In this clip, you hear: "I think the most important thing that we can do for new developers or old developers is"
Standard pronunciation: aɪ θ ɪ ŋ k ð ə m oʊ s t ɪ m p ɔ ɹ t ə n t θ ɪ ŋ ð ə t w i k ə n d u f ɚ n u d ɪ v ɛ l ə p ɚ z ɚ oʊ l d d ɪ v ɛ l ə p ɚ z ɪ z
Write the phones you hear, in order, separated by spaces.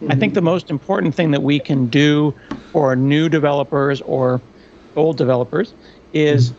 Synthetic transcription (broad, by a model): aɪ θ ɪ ŋ k ð ə m oʊ s t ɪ m p ɔ ɹ t n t θ ɪ ŋ ð ə t w i k ə n d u f ɚ n u d ɪ v ɛ l ə p ɚ z ɚ oʊ l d d ɪ v ɛ l ə p ɚ z ɪ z